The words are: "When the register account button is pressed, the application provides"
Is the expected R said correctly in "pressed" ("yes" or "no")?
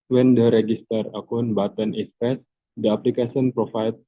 no